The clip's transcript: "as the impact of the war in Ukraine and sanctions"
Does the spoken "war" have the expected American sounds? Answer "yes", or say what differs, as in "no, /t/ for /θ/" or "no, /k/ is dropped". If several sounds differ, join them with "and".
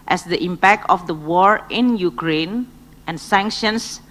yes